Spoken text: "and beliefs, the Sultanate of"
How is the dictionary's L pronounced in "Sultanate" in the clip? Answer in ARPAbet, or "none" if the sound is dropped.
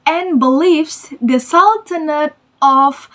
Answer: L